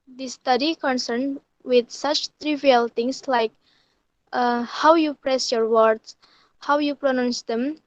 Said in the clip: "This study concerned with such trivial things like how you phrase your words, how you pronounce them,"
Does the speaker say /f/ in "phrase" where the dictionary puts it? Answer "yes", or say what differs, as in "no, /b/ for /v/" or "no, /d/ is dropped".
no, /p/ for /f/